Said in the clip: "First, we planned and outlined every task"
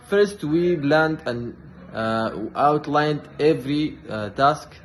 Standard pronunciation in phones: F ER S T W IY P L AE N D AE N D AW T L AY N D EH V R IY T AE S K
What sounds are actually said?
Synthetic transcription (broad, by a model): F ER S T W IY B L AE N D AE N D AW T L AY N D EH V R IY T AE S K